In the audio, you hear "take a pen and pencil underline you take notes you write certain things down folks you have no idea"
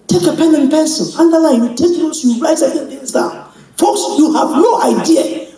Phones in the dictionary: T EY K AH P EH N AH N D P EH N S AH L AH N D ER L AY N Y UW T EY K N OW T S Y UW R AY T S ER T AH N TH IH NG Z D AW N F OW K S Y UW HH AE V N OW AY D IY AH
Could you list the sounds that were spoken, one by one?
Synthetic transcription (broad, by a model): T EY K AH P EH N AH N P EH S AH N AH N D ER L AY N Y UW T EY K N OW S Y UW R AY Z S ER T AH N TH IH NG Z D AW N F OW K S Y UW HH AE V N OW AY D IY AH